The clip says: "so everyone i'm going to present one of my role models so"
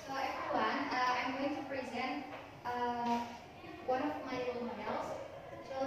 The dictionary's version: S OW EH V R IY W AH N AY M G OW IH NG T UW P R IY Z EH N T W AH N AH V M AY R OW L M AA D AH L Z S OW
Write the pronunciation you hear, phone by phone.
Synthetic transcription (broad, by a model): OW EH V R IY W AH N AY M G OW IH NG T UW P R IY Z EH N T W AH N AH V M AY L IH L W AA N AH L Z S